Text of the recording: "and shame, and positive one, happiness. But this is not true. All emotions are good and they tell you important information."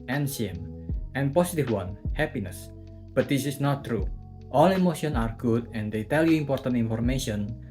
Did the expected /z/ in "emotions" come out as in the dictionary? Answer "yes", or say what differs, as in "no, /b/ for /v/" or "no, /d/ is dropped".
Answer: no, /z/ is dropped